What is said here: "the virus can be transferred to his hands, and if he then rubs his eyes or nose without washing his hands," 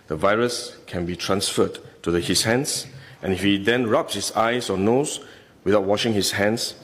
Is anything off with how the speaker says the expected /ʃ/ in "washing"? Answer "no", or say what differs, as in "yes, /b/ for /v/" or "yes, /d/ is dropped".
no